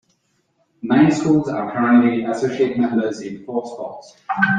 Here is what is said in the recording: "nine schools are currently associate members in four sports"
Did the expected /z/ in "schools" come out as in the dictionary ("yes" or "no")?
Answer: yes